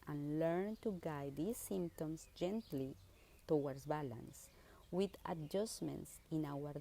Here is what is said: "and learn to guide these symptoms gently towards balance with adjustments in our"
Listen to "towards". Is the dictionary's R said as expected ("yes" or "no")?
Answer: no